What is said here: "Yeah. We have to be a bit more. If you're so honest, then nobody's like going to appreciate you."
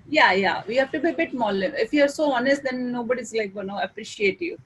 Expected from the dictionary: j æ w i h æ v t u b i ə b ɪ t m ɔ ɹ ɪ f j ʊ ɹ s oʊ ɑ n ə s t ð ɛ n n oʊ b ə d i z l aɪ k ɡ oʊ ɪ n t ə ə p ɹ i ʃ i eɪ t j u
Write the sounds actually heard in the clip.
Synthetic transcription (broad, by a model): j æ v i h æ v t u b i ə b ɪ t m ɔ l ɪ f j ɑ ɹ s oʊ ɑ n ə s t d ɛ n n oʊ b ə d i z l aɪ k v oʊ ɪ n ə ə p ɹ i ʃ i eɪ t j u